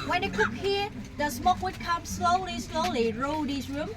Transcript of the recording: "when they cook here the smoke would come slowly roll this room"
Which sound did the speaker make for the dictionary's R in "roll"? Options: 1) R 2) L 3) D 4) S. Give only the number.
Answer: 2